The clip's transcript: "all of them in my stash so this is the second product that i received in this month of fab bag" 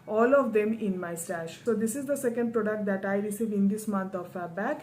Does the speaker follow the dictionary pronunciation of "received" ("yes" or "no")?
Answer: no